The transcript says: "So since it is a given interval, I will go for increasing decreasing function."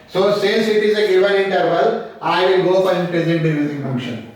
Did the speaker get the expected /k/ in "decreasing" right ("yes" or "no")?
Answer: no